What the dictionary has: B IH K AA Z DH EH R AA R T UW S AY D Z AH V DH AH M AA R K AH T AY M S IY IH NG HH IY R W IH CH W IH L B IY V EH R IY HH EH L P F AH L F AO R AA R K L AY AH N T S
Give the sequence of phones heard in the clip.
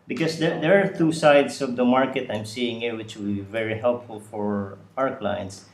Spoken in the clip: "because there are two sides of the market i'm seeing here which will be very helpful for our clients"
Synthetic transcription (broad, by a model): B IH K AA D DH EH R AA R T UW S AY D S AH V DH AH M AA R K AH T AY M S IY IH NG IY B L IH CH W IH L B IY V EH R IY HH EH L P F AH L F AO R AA R K L AY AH N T S